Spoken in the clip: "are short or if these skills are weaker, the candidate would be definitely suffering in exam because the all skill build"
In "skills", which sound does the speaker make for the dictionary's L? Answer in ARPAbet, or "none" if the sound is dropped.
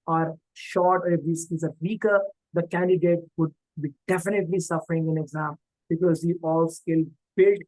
none